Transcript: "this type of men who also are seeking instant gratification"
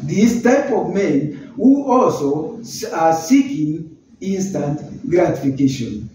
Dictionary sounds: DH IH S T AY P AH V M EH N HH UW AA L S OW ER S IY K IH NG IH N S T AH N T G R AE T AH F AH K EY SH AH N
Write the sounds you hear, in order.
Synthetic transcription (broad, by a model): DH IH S T AY P AH V M EH N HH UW AA L S OW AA S IY K IH NG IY N S T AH N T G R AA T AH F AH K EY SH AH N